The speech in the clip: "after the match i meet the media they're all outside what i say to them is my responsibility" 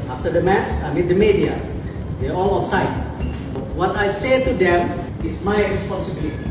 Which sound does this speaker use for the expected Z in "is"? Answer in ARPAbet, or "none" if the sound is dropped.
S